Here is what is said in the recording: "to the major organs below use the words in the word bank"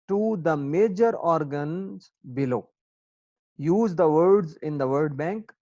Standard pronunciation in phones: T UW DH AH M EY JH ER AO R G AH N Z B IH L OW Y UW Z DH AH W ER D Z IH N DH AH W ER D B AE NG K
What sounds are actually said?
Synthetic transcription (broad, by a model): T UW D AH M EY JH ER AO R G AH N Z B IH L OW Y UW Z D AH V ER D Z IH N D AH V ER D B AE NG K